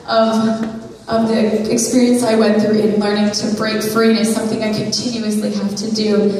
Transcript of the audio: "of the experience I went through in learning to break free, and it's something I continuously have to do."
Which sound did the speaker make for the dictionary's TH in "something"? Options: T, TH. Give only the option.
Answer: TH